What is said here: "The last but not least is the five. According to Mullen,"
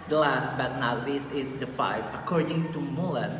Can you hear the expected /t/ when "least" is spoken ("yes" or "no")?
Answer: no